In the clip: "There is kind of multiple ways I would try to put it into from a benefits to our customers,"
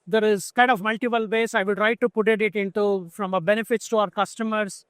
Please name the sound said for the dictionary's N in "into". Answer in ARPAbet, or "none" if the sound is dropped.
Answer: N